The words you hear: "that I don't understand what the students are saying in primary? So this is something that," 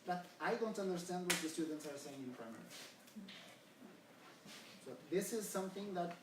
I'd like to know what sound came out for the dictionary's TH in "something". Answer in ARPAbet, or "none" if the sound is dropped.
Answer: TH